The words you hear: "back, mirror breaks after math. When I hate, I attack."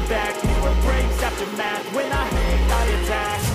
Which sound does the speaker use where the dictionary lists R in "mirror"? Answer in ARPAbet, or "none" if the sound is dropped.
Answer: none